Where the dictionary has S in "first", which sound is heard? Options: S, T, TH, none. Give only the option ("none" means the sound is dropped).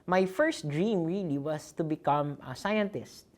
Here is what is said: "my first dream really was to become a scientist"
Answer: S